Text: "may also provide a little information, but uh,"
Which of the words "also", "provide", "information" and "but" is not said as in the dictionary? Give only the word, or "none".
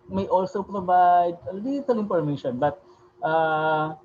information